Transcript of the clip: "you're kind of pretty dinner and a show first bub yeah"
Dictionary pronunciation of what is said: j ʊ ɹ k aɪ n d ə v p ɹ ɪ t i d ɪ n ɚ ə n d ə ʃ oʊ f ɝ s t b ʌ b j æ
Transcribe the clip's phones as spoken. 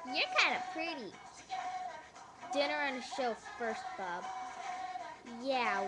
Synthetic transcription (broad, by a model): j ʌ ɹ k aɪ n d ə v p ɹ ɪ t i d ɪ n ɚ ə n ə ʃ oʊ f ɝ s t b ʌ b j æ